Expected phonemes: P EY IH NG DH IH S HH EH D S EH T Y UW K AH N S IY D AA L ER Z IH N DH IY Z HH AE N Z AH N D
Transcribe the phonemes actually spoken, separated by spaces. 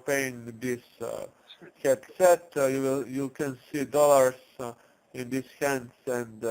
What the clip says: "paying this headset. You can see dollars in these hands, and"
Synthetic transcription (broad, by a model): P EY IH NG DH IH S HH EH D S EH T Y UW K AH N S IY D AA L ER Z IH N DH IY S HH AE N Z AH N D